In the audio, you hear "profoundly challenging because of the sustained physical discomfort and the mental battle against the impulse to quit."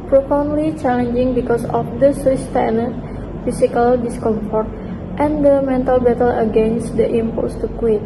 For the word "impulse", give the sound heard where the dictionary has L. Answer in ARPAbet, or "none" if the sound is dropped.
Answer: none